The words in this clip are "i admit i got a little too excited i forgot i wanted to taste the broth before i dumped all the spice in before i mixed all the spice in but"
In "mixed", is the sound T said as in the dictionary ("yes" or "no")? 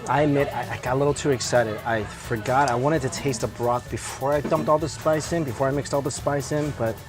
yes